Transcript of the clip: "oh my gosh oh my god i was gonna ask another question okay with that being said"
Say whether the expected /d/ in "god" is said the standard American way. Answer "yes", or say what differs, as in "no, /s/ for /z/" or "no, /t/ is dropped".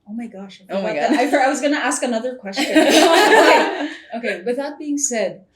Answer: no, /d/ is dropped